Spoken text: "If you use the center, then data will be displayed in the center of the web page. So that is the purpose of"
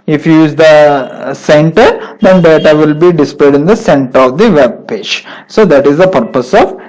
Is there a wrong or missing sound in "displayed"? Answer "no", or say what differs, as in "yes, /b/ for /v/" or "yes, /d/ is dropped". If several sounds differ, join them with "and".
no